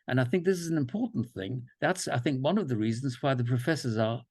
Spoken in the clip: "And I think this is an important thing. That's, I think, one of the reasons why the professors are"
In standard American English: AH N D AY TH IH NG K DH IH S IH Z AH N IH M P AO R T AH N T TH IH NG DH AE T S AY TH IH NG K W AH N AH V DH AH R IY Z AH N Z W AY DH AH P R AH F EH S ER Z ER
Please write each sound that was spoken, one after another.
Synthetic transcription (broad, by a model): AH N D AY TH IH NG K DH IH S IH Z N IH M P AO R T N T TH IH NG DH AE T S AY TH IH NG K W AH N AH V DH AH R IY Z N Z W AY DH AH P R AH F EH S ER Z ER